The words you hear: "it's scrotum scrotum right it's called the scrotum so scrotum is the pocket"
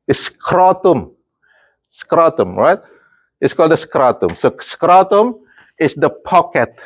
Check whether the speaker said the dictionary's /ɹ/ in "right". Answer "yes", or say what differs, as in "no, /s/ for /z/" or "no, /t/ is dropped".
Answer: yes